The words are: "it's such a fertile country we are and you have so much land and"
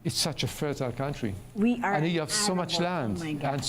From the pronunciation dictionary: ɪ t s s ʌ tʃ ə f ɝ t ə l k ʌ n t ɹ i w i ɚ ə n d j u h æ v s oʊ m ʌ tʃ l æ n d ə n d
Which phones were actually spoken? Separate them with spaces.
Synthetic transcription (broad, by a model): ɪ t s s ʌ tʃ ə f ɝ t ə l k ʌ n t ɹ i w i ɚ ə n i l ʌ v s oʊ m ʌ tʃ l æ n d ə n